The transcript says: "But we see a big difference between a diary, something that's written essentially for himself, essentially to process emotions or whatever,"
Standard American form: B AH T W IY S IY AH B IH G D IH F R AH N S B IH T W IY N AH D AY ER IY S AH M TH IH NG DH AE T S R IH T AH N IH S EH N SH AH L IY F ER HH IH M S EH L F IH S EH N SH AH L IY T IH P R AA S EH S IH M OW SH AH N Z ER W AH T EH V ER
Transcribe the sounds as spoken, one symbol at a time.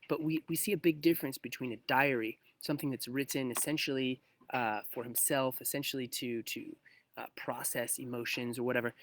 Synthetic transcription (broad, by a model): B AH T W IY S IY AH B IH G D IH F R AH N S B IH T W IY N AH D AY ER IY S AH M TH IH NG DH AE T S R IH T AH N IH S EH N SH L IY F ER HH IH M S EH L F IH S EH N SH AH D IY T IH P R AA S EH S IH M OW SH AH N Z ER W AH T EH V ER